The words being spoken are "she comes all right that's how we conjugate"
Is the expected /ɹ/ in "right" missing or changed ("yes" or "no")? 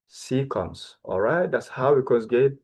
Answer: no